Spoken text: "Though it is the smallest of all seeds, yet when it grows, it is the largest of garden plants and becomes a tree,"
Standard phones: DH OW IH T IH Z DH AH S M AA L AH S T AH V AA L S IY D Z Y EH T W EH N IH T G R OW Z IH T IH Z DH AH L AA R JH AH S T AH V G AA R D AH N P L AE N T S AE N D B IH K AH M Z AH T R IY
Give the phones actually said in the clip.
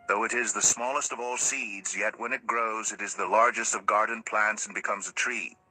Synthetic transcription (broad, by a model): DH OW IH T IH Z DH AH S M AA L AH S T AH V AA L S IY D Z Y EH T W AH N IH T G R OW Z IH T IH Z DH AH L AA R JH AH S T AH V G AA R D N P L AE N T S N B IH K AH M Z AH T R IY